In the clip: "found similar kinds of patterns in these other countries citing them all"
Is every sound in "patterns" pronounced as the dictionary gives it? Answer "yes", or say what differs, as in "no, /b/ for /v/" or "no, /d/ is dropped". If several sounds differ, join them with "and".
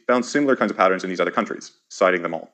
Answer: yes